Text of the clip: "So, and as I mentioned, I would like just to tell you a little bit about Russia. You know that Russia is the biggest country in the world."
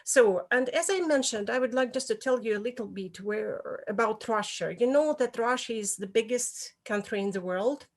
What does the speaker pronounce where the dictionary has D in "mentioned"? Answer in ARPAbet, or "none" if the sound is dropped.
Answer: D